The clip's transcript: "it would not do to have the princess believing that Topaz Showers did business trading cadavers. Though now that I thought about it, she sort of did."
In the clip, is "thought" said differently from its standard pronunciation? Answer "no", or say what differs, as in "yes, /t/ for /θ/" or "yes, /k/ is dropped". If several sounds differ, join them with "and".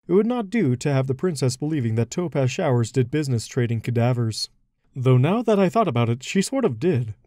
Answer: no